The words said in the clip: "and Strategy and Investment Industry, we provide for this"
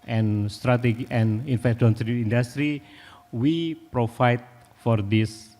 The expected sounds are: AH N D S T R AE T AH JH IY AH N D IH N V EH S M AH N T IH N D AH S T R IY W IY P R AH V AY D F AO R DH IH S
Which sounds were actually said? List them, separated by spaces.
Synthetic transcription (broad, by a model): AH N S T R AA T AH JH IY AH N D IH N F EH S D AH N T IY N D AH S T R IY W IY P R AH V AY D F AO R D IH S